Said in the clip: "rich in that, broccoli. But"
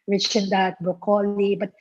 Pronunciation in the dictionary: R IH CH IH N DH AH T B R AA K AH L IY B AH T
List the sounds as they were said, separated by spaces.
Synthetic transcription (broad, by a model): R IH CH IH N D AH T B AA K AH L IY B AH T